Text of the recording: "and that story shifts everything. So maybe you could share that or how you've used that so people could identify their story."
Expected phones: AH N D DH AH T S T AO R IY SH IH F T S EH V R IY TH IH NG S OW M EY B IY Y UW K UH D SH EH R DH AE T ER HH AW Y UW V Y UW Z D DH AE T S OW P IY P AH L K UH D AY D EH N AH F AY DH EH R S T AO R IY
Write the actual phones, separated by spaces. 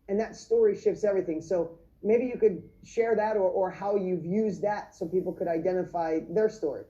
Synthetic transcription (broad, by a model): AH N DH AH T S T AO R IY SH IH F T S EH V R IY TH IH NG S OW M EY B IY Y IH K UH D SH EH R DH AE T ER HH AW Y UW V Y UW Z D DH AE T S OW P IY P L K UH D AY D EH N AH F AY DH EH R S T AO R IY